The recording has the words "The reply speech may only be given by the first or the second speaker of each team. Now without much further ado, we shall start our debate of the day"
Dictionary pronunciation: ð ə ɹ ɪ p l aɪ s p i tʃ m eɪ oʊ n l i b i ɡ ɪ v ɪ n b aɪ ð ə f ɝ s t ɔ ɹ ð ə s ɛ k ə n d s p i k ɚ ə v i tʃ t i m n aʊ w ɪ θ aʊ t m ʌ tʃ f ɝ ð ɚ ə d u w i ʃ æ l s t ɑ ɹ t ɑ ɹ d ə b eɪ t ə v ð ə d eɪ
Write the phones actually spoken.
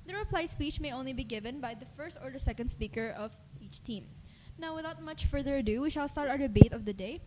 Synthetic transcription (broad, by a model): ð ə ɹ ɪ p l aɪ s p i tʃ m eɪ oʊ n l i b i ɡ ɪ v ɪ n b aɪ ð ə f ɝ s t ɔ ɹ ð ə s ɛ k ə n d s p i k ɚ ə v i tʃ t i m n aʊ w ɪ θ aʊ t m ʌ tʃ f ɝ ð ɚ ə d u w i ʃ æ l s t ɑ ɹ t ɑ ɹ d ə b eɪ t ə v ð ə d eɪ